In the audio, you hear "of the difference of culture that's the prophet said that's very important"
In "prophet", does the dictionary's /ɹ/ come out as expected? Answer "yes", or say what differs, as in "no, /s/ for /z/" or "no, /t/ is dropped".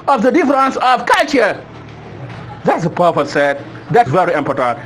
no, /ɹ/ is dropped